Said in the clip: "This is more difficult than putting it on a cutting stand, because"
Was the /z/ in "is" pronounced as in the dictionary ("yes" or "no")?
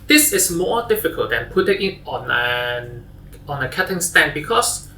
no